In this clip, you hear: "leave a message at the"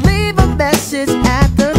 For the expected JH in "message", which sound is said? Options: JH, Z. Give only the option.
Z